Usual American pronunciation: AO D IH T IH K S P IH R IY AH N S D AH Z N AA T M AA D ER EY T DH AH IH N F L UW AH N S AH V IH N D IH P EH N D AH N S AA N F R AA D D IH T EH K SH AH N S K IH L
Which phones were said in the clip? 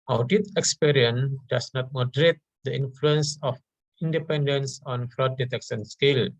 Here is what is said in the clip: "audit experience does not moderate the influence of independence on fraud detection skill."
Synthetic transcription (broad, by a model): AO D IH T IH K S P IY R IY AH N D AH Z N AA T M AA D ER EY T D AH IH N F L UW AH N S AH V IH N D IH P EH N D AH N S AA N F R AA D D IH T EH K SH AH N S K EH L